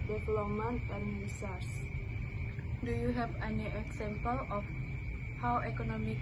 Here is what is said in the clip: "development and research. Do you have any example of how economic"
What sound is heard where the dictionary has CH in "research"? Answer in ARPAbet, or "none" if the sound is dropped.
S